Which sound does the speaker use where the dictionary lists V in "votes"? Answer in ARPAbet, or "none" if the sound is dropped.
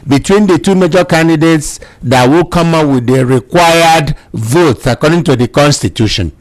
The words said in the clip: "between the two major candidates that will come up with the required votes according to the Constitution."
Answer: V